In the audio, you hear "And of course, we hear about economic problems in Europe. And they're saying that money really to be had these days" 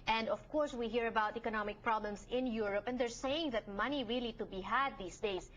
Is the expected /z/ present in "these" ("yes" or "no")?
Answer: no